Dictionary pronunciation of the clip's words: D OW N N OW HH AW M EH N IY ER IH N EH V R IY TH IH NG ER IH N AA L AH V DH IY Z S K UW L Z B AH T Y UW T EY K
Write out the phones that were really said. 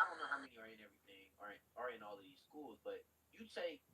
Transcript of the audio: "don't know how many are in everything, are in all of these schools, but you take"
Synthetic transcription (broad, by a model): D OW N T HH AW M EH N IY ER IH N EH V R IY TH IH NG ER IH N AA L AH V DH IY Z S K UW L Z B AH T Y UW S EY